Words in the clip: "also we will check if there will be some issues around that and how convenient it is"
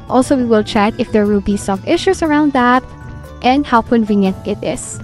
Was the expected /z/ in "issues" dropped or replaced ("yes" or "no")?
yes